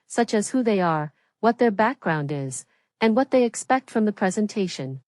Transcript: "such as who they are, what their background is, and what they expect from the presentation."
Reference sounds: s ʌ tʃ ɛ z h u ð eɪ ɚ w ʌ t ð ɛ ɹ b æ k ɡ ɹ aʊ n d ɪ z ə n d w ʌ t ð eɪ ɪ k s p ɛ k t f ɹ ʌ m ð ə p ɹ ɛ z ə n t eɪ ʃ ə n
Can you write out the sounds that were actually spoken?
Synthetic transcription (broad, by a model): s ʌ tʃ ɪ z h u ð eɪ ɚ w ʌ t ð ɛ ɹ b æ k ɡ ɹ aʊ n d ɪ z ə n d w ʌ t ð eɪ ɪ k s p ɛ k t f ɹ ʌ m ð ə p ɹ ɛ z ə n t eɪ ʃ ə n